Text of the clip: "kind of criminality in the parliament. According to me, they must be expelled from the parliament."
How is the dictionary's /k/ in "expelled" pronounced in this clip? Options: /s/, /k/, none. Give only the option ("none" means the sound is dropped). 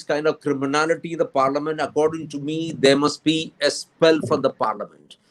none